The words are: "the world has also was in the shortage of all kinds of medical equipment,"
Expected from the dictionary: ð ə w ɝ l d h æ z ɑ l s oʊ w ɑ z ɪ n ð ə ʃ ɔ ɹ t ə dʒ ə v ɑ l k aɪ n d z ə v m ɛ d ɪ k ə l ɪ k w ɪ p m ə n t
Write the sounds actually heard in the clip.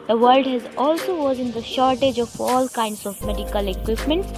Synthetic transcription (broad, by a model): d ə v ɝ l d h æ z ɑ l s oʊ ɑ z ɪ n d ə ʃ ɔ ɹ t ə dʒ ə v ɑ l k aɪ n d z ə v m ɛ d ɪ k ə l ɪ k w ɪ p m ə n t